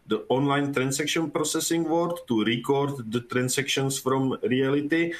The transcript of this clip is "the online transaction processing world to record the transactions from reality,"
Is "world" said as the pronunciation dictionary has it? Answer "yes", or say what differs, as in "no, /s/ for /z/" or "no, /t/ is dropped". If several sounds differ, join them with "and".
no, /l/ is dropped